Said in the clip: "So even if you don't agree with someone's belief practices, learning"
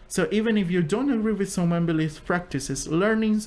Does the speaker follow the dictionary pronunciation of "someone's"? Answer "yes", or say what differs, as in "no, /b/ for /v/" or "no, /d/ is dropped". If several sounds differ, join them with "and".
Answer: no, /z/ is dropped